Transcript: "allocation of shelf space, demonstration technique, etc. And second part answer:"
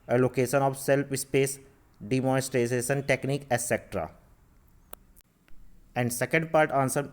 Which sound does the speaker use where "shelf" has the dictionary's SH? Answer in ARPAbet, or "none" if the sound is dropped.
S